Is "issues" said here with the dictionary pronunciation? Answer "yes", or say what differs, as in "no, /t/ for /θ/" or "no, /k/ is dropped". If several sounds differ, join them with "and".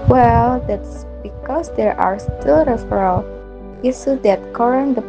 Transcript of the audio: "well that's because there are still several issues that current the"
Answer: no, /s/ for /ʃ/